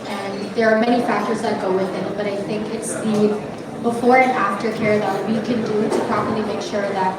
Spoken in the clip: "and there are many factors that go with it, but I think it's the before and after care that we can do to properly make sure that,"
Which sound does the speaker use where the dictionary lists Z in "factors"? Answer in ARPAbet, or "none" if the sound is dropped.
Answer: Z